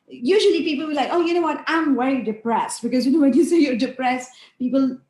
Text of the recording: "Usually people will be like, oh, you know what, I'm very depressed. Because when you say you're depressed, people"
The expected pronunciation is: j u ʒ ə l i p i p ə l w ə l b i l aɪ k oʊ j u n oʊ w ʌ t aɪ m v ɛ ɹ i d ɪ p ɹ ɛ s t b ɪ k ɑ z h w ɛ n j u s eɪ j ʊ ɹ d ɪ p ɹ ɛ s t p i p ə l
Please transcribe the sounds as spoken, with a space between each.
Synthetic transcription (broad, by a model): j u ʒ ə l i p i p ə l w ə l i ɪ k oʊ j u n oʊ w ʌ t aɪ m w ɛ ɹ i d ɪ p ɹ ɛ s t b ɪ k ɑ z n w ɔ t j u s eɪ j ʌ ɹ d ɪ p ɹ ɛ s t p i p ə l